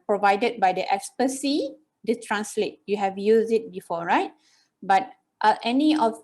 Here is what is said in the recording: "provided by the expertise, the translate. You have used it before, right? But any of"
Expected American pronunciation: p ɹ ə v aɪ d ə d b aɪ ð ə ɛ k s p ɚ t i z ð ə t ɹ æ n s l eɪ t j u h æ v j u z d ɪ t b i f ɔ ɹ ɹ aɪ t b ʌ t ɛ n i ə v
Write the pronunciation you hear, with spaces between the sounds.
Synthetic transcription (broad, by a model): p ɹ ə v aɪ d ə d b aɪ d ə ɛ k s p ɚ s i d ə t ɹ æ n s l eɪ t j u h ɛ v j u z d ɪ t b i f ɔ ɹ ɹ aɪ t b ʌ t ɛ n i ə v